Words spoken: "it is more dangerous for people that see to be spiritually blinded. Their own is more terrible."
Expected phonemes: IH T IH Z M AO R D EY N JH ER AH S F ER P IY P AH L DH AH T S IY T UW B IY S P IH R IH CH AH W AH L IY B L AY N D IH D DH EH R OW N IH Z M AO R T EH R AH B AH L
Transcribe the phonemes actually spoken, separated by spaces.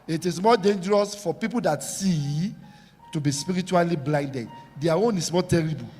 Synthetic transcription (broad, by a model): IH T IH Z M AO D EY N JH ER AH S F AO P IY P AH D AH T S IY T UW B IY S P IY R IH CH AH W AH L IY B L AY N D IH D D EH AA OW N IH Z M AO T EH R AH B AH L